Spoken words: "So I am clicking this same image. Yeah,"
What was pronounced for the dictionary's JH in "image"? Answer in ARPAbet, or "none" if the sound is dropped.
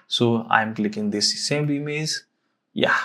Z